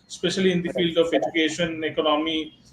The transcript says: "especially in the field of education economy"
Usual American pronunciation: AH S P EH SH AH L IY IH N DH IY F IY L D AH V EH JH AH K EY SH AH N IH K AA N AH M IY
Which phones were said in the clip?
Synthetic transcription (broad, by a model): S P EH SH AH L IY IH N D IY F IY L D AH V EH JH AH K EY SH AH N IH K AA N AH M IY